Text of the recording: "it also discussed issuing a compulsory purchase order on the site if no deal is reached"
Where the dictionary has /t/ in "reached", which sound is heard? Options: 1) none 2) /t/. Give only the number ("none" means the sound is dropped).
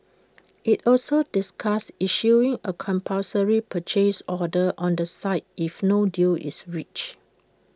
1